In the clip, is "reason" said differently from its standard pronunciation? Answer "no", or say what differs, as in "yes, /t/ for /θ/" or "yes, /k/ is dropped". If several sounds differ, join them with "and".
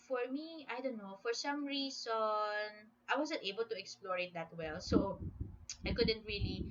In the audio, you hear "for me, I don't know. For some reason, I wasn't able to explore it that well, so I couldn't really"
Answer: yes, /s/ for /z/